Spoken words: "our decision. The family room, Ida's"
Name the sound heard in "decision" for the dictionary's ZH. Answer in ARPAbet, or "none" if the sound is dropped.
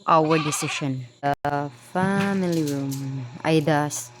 SH